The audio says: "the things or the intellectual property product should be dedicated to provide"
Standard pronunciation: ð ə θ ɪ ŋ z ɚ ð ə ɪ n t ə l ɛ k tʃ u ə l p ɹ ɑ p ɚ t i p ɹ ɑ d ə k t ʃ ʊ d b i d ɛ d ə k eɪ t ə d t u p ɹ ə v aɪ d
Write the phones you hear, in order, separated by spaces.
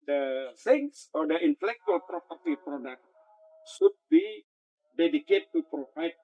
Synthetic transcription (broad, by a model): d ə s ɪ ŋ s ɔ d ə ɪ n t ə l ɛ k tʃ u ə l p ɹ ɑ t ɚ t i p ɹ ɑ d ə k t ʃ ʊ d b i d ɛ d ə k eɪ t t u p ɹ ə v aɪ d